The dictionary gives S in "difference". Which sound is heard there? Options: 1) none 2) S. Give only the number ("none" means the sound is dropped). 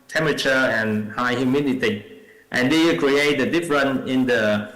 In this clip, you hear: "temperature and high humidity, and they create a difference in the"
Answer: 1